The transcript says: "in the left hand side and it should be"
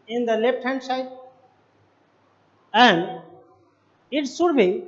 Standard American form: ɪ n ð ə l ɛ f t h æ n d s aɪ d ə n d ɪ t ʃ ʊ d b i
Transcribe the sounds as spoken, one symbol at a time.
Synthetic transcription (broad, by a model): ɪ n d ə l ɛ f t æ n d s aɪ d ə n d ɪ t s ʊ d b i